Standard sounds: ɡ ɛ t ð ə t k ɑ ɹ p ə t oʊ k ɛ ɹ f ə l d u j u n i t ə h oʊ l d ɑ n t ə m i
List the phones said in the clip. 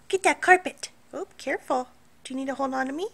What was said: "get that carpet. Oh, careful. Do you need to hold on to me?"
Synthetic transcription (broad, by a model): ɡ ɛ t ð ə t k ɑ ɹ p ə t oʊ k ɛ ɹ f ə l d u j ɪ n i t ə h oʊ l ɑ n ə m i